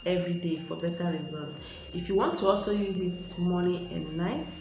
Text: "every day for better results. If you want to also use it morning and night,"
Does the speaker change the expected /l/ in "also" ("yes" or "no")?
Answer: no